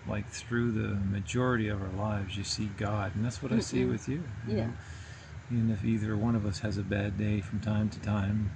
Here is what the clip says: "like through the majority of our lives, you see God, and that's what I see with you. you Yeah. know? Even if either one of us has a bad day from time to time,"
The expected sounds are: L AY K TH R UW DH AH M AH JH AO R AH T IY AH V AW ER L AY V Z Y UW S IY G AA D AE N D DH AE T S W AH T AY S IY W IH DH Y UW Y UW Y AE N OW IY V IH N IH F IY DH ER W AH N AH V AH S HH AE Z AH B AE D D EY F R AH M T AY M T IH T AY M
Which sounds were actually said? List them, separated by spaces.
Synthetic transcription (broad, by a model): L AY K TH R UW DH AH M AH JH AO R AH T IY AH V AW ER L AY V Z Y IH S IY G AA D N DH AE T S W AH T AY S IY W IH DH Y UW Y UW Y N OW IY V IH N IH F IY DH ER W AH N AH V AH S HH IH Z AH B AE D D EY F R AH M T AY M T IH T AY M